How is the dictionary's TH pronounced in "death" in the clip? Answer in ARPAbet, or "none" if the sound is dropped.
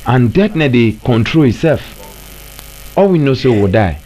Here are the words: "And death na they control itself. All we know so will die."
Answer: T